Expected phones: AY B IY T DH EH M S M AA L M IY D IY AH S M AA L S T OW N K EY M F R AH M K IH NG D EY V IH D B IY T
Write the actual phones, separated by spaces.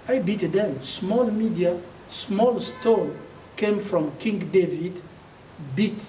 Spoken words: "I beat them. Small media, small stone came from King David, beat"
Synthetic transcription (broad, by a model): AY B IY T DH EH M S M AA L M IY D IY AH S M AA L S T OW L K EY M F R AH M K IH NG D EY V IH D B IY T